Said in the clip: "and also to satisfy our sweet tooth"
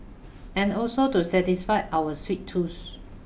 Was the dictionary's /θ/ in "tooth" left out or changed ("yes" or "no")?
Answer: yes